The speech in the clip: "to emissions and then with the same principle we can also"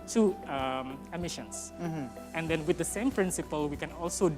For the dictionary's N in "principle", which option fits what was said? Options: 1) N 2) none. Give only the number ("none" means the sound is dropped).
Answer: 1